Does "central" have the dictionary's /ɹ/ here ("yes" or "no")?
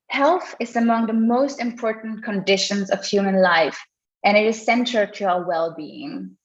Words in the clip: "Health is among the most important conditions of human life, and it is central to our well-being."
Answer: no